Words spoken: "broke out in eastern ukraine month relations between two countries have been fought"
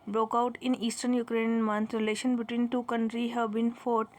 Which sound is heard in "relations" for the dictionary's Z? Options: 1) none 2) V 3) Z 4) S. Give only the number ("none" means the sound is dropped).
1